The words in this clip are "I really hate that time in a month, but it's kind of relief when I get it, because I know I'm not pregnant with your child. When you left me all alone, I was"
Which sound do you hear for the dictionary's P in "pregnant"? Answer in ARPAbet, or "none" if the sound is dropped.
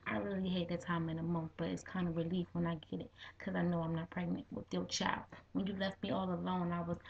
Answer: P